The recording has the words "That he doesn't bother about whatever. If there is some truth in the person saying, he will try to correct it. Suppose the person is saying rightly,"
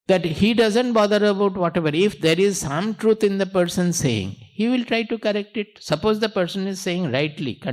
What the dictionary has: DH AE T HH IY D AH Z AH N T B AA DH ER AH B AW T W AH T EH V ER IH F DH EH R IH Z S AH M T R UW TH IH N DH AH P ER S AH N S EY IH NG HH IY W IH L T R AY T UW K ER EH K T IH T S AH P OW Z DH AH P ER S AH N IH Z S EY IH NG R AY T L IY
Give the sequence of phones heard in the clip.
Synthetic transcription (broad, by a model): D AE T HH IY D AH Z AH N T B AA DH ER AH B AW T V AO T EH V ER IH F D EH R IH Z S AH M T R UW T IH N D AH P ER S AH N S EY IH NG HH IY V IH L T R AY T UW K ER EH K T IH T S AH P OW Z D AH P ER S AH N IH Z S EY IH NG R AY T L IY